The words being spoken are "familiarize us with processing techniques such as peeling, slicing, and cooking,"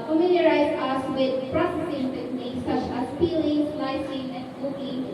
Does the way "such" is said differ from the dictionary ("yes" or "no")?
no